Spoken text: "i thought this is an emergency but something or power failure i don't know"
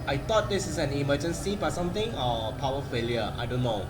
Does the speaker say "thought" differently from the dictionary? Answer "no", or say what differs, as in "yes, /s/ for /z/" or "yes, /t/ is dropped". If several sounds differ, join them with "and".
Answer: yes, /t/ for /θ/